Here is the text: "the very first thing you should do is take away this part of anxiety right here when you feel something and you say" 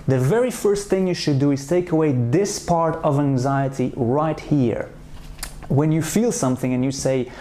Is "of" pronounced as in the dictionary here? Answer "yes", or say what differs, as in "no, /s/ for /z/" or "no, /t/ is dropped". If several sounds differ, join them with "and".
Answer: yes